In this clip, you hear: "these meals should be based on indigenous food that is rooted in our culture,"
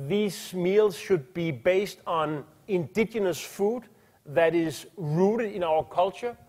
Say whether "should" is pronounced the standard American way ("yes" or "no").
yes